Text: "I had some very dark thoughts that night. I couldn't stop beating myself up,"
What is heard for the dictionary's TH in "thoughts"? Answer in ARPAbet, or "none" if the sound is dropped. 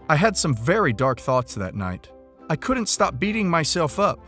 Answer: TH